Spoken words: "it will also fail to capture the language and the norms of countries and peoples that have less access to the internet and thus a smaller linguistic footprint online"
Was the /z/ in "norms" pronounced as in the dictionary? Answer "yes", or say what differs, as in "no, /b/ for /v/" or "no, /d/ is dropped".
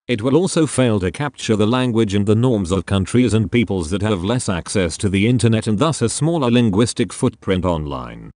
yes